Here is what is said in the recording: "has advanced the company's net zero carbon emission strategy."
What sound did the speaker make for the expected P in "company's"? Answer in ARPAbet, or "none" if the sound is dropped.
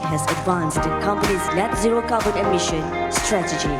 P